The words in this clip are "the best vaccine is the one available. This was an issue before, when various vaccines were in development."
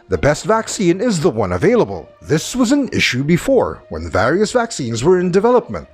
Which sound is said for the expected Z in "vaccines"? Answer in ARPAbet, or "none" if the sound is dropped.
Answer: Z